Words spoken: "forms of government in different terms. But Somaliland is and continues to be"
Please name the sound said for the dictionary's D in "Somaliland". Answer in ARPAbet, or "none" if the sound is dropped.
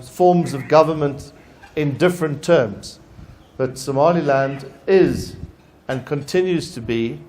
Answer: D